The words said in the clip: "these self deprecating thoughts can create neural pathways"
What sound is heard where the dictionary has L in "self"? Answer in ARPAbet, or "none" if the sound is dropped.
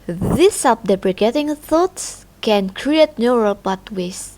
none